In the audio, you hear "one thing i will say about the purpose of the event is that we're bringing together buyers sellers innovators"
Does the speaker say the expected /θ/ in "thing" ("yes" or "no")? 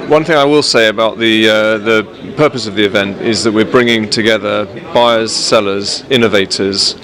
yes